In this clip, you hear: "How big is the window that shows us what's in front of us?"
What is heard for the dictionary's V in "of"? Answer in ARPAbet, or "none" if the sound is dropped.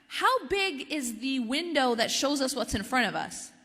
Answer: V